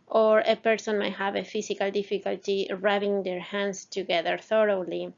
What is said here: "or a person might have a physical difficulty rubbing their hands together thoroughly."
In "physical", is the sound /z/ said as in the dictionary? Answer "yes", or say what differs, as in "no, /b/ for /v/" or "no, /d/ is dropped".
no, /s/ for /z/